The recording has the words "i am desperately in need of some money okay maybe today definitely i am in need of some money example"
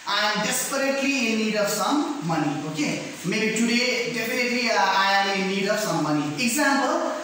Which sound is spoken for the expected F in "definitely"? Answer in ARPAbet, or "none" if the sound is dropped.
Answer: P